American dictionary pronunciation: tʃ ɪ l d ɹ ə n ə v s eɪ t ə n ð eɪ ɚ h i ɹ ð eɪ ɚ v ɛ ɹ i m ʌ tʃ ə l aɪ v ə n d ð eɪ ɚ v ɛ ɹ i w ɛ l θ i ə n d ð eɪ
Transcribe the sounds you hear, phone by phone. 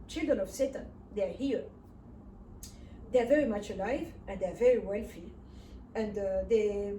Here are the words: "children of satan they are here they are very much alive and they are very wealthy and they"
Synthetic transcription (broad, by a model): tʃ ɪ l d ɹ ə n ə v s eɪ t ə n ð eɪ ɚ h i ɹ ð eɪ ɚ v ɛ ɹ i m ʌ tʃ ə l aɪ v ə n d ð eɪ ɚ v ɛ ɹ i w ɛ l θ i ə n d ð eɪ